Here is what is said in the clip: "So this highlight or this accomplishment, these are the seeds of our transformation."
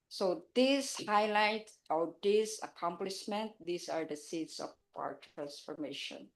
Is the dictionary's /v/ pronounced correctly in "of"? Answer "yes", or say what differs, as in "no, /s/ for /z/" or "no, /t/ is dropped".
no, /p/ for /v/